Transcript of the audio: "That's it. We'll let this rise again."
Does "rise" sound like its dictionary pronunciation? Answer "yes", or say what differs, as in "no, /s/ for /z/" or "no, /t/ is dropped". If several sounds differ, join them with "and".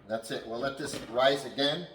yes